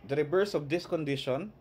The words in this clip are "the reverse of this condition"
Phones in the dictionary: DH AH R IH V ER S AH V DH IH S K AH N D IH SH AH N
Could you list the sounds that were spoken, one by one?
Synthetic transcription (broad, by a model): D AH R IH B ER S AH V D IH S K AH N D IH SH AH N